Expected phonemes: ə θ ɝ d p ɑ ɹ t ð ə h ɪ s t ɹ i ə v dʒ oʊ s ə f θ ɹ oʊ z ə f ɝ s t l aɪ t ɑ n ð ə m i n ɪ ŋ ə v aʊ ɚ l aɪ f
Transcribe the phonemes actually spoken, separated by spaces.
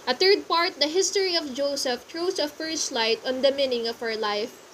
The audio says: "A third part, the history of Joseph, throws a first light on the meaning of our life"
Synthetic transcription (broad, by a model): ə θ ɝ d p ɑ ɹ t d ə h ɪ s t ɹ i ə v dʒ oʊ s ə f t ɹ oʊ s ə f ɝ s t l aɪ t ɑ n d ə m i n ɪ ŋ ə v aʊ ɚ l aɪ f